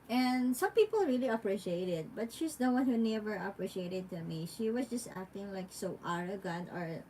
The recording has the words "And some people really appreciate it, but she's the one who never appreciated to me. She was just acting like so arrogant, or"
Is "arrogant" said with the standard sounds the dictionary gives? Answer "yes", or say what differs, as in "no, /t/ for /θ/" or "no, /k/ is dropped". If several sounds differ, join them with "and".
no, /t/ is dropped